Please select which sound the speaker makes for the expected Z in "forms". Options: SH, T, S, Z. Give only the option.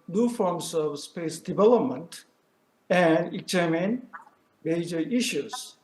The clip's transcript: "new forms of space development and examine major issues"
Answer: S